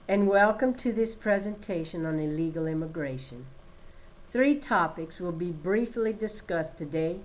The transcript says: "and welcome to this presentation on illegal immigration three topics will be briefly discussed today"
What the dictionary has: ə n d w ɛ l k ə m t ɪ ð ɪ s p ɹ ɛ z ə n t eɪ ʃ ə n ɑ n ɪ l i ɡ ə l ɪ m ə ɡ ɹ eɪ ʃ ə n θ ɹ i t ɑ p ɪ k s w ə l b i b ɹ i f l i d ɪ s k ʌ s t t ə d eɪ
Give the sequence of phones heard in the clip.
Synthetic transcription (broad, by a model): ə n w ɛ l k ə m t ɪ ð ɪ s p ɹ ɛ z ə n t eɪ ʃ ə n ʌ n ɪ l i ɡ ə l ɪ m ə ɡ ɹ eɪ ʃ ə n θ ɹ i t ɑ p ɪ k s w ə l b i b ɹ i f l i d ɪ s k ʌ s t t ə d eɪ